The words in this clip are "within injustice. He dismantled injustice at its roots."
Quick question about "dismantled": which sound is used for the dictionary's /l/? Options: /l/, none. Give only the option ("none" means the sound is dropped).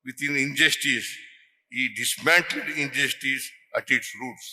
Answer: none